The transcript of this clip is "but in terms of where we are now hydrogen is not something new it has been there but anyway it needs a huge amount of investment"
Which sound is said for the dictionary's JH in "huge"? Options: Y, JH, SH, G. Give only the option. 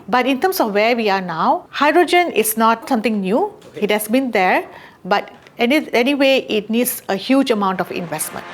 JH